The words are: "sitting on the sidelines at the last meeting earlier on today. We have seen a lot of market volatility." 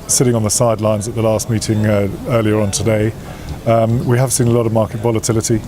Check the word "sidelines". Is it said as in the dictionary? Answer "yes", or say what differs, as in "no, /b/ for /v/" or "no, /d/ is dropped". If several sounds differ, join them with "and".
yes